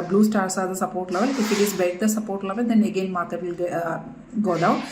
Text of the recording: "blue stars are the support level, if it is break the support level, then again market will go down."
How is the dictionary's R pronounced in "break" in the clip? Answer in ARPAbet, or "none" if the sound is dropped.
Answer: none